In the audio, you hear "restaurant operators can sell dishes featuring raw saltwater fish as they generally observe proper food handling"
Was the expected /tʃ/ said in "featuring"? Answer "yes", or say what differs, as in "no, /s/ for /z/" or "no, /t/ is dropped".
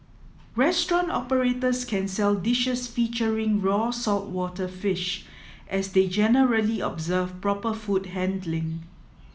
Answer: yes